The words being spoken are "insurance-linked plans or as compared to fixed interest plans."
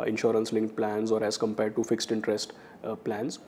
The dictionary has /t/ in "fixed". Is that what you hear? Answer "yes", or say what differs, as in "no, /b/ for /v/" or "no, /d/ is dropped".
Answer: yes